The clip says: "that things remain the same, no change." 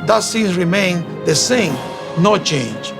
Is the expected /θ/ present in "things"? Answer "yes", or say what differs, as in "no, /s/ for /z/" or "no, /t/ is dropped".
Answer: no, /s/ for /θ/